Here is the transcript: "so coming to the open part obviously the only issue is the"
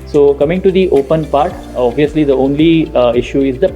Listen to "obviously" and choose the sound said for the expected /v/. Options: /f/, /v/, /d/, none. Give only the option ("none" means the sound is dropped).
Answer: /v/